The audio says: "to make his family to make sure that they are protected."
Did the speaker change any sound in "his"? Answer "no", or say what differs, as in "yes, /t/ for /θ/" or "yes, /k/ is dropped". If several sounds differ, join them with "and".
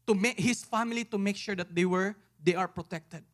yes, /s/ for /z/